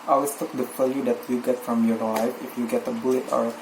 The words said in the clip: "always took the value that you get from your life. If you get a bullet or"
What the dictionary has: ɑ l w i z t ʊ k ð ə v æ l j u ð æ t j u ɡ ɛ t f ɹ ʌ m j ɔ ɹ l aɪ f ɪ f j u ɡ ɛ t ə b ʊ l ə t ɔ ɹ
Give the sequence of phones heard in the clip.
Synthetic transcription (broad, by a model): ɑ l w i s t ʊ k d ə f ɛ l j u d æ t j u ɡ ɛ t f ɹ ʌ m j ɔ ɹ l aɪ f ɪ f j u ɡ ɛ t ə b ʊ l ə t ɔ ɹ